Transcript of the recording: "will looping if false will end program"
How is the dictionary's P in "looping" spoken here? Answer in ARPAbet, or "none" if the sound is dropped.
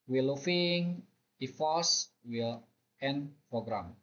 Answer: F